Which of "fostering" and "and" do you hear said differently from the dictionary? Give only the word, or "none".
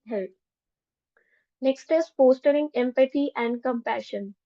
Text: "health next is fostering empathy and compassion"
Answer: fostering